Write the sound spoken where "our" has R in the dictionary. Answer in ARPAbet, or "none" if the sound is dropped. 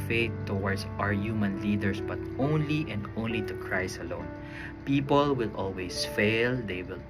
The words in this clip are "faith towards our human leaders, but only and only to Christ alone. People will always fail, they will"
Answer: R